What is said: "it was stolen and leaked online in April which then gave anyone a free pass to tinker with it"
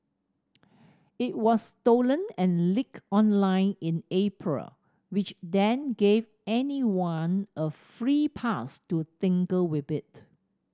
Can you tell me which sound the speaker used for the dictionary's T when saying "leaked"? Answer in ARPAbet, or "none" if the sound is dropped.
none